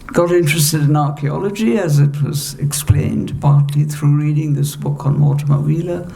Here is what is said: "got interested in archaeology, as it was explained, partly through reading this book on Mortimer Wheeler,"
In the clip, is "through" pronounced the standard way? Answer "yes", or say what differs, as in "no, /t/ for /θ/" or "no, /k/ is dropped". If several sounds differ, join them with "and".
yes